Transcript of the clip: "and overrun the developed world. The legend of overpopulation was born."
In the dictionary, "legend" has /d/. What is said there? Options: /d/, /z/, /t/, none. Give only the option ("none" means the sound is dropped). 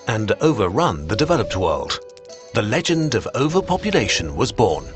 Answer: /d/